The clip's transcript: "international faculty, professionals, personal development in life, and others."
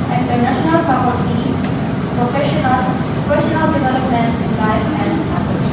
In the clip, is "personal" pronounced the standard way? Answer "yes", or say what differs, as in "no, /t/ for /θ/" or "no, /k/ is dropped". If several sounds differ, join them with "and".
no, /ʃ/ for /s/